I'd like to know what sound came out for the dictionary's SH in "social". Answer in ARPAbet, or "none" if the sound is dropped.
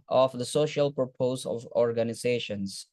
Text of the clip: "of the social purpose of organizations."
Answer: SH